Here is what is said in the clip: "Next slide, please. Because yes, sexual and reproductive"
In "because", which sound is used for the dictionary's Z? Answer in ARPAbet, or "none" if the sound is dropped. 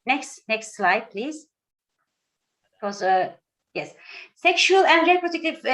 none